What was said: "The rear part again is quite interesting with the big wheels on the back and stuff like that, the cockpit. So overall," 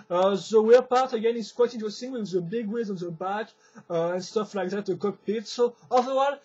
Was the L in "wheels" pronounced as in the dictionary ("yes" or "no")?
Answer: no